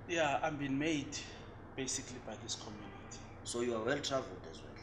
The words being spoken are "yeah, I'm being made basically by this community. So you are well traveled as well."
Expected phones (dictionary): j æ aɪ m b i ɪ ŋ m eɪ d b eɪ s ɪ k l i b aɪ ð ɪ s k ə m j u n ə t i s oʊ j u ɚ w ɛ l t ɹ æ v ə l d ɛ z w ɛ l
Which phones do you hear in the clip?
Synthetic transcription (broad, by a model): j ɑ aɪ m b i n m eɪ d b eɪ s ɪ k l i b aɪ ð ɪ s k ə m j u n ə t i s oʊ j u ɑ w ɛ l t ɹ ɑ v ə l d ɛ z w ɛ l